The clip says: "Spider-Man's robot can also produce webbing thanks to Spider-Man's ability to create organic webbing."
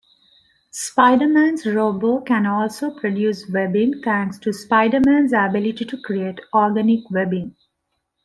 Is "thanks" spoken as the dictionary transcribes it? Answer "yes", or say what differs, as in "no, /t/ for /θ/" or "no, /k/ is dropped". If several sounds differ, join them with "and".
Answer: no, /t/ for /θ/